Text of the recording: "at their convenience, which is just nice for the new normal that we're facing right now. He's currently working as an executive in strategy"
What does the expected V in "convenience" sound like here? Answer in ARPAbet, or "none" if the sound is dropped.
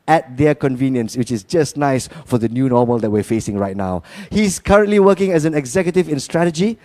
V